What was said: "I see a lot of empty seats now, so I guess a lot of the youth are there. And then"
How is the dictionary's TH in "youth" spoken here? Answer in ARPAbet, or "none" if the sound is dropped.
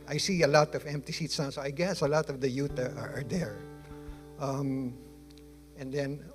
T